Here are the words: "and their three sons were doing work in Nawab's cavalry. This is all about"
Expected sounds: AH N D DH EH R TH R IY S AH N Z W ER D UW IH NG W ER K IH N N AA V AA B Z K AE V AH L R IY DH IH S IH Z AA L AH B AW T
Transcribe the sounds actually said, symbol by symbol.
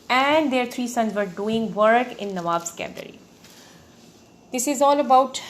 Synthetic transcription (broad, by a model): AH N D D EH R T R IY S AH N Z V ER D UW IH NG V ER K IH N N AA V AA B S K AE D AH R IY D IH S IH Z AA L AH B AW T